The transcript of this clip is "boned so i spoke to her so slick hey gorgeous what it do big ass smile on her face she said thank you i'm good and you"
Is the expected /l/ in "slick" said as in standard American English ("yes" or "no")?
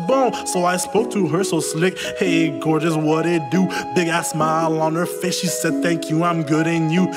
yes